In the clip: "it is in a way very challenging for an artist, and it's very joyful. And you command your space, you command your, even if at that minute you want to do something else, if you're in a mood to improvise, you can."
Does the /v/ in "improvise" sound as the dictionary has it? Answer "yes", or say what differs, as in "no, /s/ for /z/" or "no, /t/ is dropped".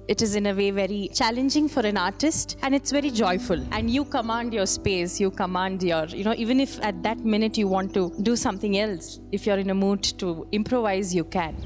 yes